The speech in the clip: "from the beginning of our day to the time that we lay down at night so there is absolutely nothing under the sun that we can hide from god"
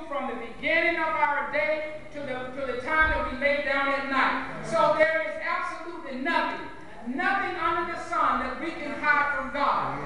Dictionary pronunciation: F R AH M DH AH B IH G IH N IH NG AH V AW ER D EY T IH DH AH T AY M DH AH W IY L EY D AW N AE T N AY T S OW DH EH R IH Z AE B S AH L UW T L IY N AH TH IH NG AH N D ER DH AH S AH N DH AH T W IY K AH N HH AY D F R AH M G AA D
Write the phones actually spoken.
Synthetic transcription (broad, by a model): F R AH M DH AH B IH G IH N IH NG AH V AW ER D EY T IH DH AH T AY M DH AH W IY L EY D AW N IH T N AY T S OW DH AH R IH Z AE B S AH L UW T L IY N AH TH IH NG AH N D ER DH AH S AH N DH AH T W IY K AH N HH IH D F R AH M G AA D